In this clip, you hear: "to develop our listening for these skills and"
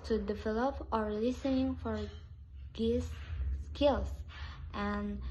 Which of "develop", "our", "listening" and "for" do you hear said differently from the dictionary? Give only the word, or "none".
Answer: none